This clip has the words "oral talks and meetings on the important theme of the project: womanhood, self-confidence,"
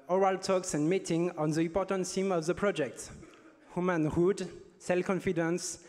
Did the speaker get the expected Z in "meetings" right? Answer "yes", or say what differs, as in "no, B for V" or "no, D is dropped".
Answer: no, Z is dropped